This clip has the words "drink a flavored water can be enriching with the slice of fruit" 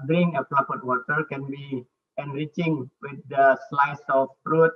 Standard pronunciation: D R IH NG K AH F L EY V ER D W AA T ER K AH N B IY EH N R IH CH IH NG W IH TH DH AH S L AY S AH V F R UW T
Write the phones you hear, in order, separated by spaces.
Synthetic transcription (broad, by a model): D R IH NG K AH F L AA P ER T W AA T ER K AH N B IY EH N R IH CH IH NG W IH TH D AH S L AY S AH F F R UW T